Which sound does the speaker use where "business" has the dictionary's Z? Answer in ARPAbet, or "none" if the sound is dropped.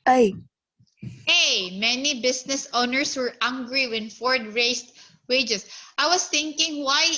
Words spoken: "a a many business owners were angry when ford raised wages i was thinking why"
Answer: S